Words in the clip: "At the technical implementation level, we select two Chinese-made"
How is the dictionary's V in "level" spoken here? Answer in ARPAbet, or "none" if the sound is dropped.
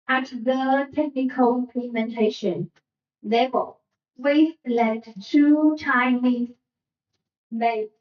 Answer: F